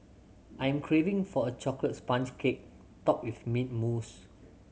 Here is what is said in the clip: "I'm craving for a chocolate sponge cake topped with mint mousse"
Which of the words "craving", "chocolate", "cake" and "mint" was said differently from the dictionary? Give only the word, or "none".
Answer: mint